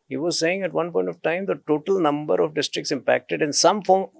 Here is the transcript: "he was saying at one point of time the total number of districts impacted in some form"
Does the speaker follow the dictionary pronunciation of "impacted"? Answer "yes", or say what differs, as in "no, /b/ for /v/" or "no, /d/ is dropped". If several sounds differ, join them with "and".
yes